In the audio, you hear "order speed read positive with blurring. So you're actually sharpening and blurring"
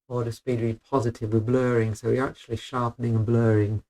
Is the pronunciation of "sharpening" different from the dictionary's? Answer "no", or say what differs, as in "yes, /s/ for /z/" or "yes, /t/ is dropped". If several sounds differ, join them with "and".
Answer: no